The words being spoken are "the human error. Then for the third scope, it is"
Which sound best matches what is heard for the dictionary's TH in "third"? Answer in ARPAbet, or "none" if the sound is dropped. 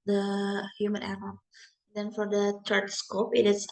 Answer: T